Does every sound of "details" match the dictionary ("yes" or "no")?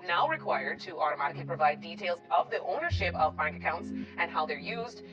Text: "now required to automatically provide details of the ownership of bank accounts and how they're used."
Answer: yes